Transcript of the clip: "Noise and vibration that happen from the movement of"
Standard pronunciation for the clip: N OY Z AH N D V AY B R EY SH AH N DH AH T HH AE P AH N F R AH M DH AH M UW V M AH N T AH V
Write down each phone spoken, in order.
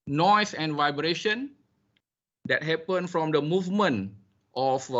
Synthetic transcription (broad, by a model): N OY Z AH N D V AY B R EY SH AH N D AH T HH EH P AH N F R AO M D AH M UW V M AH N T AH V